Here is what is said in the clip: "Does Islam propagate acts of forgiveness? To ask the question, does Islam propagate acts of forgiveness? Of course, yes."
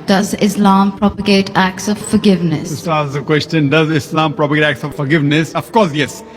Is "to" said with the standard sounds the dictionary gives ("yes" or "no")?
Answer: no